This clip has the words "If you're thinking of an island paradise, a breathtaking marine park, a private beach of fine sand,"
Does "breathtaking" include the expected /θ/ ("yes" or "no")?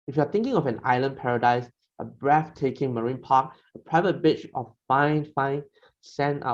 no